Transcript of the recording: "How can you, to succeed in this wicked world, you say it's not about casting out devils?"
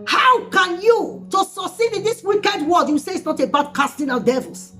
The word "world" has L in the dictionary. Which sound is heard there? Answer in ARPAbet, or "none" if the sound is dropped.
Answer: none